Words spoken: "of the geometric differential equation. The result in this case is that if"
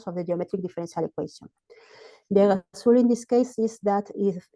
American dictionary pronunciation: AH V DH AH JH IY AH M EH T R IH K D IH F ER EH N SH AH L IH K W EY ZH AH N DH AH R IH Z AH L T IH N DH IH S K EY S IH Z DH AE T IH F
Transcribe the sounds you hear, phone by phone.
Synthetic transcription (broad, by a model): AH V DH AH JH IY AH M EH T R IH K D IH F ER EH N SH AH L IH K W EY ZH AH N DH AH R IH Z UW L IH N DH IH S K EY S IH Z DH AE T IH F